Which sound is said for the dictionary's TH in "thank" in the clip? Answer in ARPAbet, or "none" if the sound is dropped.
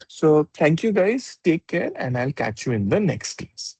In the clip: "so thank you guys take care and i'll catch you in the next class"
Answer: T